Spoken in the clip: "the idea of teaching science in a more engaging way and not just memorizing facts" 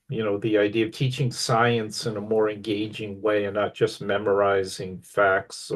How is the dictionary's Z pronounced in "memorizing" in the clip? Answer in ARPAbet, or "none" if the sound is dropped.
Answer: Z